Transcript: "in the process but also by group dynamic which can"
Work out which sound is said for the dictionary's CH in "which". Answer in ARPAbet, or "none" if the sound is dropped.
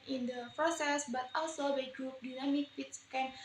S